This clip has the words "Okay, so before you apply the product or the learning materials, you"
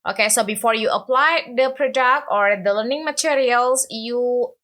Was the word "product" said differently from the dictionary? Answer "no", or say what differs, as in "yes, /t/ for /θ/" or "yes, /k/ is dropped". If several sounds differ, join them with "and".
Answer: no